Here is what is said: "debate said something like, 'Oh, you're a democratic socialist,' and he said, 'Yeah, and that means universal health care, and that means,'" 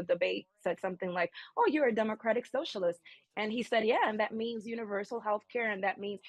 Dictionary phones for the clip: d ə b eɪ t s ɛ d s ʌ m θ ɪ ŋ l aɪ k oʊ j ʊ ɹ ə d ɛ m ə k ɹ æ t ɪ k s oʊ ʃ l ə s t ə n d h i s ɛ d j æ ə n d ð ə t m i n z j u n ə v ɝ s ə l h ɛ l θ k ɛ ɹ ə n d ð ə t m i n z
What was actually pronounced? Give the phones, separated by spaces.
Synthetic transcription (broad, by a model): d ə b eɪ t s ɛ d s ʌ m θ ɪ ŋ l aɪ k oʊ j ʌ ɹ ə d ɛ m ə k ɹ æ t ɪ k s oʊ ʃ l ə s t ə n i s ɛ d j æ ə n ð ə t m i n z j u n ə v ɝ s l h ɛ l θ k ɛ ɹ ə n ð ə t m i n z